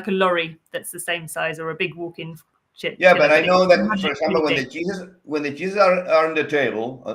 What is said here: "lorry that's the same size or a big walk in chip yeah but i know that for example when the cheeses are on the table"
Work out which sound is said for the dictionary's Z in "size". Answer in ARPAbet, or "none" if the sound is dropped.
Z